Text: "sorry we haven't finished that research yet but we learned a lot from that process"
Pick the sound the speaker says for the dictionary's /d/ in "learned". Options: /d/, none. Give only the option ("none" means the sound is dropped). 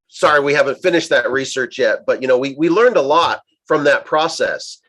/d/